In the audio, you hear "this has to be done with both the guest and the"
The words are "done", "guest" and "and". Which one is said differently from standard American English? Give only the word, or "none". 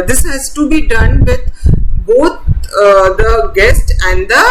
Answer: none